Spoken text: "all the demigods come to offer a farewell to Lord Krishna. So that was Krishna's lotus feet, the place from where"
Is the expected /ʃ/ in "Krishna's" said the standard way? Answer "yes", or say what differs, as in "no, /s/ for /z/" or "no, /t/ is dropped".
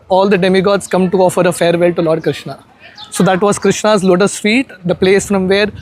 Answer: yes